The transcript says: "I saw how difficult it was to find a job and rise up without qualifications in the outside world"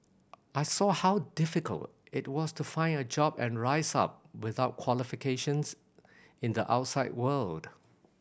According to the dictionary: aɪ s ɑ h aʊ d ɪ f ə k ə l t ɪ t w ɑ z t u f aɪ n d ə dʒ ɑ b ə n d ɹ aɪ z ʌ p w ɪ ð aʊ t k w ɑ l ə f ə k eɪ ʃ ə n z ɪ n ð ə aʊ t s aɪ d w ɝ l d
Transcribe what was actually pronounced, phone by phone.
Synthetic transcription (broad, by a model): aɪ s ɑ h aʊ d ɪ f ə k ə l t ɪ t w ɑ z t u f aɪ n d ə dʒ ɑ b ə n ɹ aɪ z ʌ p w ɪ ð aʊ t k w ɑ l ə f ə k eɪ ʃ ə n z ɪ n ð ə aʊ t s aɪ d w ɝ l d